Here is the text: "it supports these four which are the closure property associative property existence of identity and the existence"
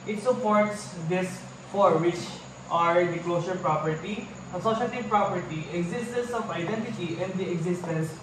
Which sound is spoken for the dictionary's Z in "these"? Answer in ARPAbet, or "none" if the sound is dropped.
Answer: S